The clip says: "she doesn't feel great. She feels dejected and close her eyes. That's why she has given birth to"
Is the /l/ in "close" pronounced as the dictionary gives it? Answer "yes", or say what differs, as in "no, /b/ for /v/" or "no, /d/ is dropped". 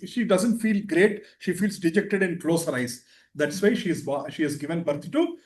yes